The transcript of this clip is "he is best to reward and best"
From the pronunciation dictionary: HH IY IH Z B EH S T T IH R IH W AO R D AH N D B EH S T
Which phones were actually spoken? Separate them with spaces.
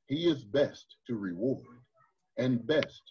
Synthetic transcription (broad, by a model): HH IY IH Z B EH S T T IH R IH W AO R D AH N B EH S T